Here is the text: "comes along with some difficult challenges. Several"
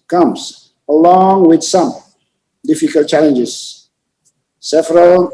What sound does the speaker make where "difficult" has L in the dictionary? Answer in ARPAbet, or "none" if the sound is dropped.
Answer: L